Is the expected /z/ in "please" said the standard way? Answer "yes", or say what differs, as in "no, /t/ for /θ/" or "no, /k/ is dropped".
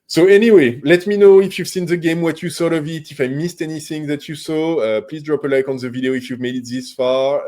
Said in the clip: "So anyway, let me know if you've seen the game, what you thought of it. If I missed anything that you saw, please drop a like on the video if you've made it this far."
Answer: yes